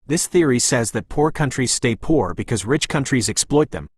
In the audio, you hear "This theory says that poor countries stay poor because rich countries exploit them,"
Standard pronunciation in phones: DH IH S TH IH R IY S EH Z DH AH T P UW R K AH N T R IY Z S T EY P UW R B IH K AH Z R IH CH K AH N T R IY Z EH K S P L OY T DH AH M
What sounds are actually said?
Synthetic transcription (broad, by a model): DH IH S TH IH R IY S EH Z DH AH T P UW R K AH N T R IY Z S T EY P UW R B IH K AH Z R IH CH K AH N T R IY Z EH K S P L OY T DH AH M